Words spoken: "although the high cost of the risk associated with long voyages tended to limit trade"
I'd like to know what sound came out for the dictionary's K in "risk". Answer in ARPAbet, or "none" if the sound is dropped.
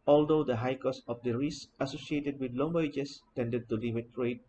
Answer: none